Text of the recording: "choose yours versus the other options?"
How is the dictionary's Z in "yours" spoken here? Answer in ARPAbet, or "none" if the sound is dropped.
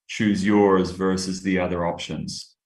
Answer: Z